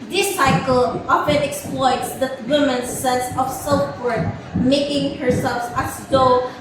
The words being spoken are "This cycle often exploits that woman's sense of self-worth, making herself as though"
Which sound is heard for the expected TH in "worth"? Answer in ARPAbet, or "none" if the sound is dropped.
T